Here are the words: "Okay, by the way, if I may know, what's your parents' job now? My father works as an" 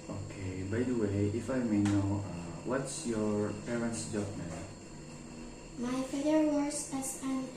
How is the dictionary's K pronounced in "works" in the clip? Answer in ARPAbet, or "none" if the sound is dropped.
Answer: none